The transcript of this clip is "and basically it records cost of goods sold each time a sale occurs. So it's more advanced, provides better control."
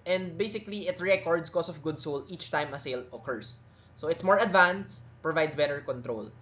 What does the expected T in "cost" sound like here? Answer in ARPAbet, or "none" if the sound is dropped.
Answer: none